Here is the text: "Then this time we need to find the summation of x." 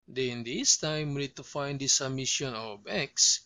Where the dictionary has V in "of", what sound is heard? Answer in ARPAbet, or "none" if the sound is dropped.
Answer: B